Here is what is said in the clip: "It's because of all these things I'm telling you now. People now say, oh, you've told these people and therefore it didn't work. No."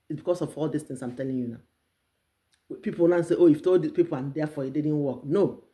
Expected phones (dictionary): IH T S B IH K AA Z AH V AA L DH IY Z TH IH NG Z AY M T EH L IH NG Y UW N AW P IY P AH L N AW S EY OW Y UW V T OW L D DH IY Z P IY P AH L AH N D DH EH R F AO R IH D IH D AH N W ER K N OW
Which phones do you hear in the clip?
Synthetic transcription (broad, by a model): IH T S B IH K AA S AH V AA L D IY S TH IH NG S AY M T EH L IH NG Y UW N AW P IY P AH L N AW S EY OW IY F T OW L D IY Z P IY P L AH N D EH F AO IH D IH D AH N W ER K N OW